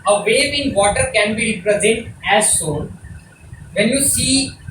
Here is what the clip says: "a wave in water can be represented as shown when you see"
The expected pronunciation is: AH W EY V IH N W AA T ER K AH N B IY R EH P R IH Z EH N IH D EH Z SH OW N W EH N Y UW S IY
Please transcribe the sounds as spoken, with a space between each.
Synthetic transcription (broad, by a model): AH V EY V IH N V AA T ER K AH N B IY R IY P R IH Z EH N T EH Z S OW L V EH N Y UW S IY